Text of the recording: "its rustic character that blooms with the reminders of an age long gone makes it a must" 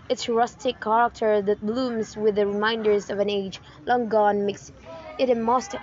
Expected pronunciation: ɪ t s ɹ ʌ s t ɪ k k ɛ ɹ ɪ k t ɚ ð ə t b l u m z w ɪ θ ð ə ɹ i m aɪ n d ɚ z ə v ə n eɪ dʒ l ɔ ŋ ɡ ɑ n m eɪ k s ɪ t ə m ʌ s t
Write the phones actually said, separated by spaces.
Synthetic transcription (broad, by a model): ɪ t s ɹ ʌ s t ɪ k k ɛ ɹ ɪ k t ɚ ð ə t b l u m z w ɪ ð ə ɹ i m aɪ n d ɚ z ə v ə n eɪ dʒ l ɔ ŋ ɡ ɑ n m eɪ k s ɪ t ə m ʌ s t